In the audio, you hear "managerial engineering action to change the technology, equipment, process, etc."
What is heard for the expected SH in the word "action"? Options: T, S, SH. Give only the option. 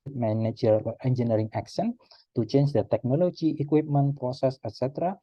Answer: S